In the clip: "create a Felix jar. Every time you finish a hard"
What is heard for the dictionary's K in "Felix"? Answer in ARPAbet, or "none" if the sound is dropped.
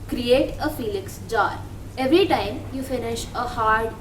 K